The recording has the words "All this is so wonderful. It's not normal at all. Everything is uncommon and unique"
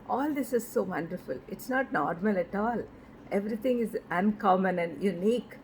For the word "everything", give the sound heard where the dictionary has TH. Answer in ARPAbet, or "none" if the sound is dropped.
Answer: T